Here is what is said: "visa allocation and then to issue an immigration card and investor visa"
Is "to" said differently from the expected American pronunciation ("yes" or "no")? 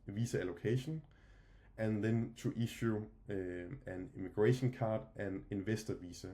yes